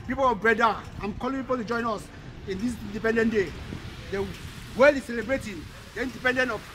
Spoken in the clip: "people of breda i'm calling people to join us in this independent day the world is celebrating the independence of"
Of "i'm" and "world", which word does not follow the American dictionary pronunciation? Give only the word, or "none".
world